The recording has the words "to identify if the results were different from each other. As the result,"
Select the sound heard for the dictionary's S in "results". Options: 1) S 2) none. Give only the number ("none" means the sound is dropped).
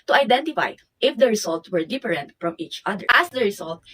2